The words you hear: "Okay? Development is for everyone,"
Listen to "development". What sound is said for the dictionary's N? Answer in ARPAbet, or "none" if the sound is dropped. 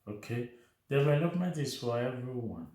none